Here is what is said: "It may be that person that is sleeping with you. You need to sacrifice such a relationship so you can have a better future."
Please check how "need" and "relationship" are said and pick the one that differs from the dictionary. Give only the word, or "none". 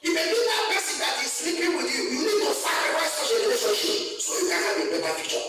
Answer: relationship